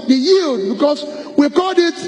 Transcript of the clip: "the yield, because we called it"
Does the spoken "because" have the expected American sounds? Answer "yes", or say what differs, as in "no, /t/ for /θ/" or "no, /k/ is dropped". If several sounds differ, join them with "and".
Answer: no, /s/ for /z/